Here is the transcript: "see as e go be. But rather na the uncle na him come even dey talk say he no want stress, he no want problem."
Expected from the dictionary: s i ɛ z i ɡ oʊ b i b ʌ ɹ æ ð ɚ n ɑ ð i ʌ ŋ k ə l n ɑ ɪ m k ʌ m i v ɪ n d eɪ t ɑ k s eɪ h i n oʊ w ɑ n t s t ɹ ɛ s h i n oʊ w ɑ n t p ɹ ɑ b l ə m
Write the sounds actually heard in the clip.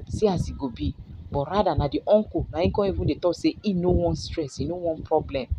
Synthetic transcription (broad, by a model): s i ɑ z i ɡ oʊ b i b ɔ ɹ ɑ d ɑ n ɑ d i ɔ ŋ k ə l n ɑ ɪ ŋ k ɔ i v ɪ n d eɪ t ɑ s eɪ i n oʊ w ɑ n s t ɹ ɛ s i n oʊ w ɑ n p ɹ ɑ b l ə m